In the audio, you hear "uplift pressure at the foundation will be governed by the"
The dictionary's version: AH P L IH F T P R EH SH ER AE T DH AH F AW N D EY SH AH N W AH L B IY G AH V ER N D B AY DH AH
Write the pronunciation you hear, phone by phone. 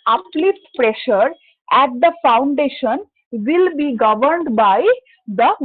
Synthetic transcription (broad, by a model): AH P L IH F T P R EH SH ER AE T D AH F AW N D EY SH AH N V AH L B IY G AH V ER N D B AY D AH